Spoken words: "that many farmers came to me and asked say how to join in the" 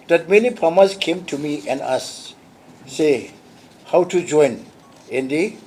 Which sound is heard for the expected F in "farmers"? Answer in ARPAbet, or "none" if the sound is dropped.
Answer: P